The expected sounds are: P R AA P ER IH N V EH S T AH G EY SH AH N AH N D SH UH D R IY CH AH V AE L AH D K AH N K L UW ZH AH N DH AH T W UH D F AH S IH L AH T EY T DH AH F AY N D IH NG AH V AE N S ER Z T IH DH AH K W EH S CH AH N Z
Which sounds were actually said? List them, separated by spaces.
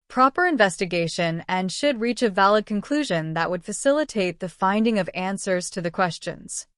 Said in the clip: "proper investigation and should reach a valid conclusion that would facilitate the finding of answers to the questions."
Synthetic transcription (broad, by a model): P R AA P ER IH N V EH S T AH G EY SH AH N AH N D SH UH D R IY CH AH V AE L AH D K AH N K L UW ZH AH N DH AH T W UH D F AH S IH L AH T EY T DH AH F AY N D IH NG AH V AE N S ER Z T IH DH AH K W EH S CH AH N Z